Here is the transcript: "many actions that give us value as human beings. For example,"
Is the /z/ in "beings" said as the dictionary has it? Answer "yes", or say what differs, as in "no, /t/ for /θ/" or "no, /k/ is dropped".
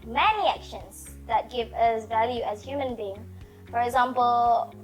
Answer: no, /z/ is dropped